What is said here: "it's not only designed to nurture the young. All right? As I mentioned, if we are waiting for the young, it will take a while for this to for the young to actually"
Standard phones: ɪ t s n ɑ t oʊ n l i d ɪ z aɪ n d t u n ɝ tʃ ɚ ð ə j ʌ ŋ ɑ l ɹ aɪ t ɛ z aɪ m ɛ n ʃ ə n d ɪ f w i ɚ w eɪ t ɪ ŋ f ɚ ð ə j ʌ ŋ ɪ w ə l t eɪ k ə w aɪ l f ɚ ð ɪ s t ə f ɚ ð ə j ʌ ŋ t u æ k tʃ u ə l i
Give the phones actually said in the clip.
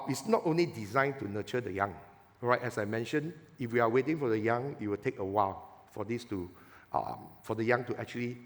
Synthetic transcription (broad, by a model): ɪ t s n ɑ t oʊ n l i d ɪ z aɪ n t u n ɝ tʃ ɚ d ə j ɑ ŋ ɹ aɪ t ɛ s aɪ m ɛ n ʃ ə n ɪ f w i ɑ w eɪ t ɪ ŋ f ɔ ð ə j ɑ ŋ ɪ w ə l t eɪ k ə w aɪ l f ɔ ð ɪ s t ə f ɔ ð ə j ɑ ŋ t u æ k tʃ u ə l i